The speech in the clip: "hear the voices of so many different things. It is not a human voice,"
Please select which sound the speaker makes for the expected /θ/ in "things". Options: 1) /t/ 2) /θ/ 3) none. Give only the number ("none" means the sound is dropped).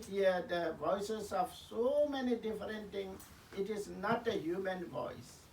1